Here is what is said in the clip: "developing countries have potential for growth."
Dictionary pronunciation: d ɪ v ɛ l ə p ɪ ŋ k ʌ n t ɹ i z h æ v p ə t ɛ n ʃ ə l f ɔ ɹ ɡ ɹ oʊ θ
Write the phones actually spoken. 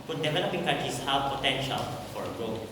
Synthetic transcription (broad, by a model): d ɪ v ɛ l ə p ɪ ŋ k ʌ t i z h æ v p ə t ɛ n ʃ ə l f ɔ ɹ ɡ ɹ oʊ